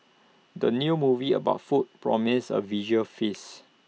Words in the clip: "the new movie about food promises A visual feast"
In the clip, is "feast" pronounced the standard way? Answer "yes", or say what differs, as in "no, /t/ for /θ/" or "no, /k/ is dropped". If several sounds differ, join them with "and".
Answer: no, /t/ is dropped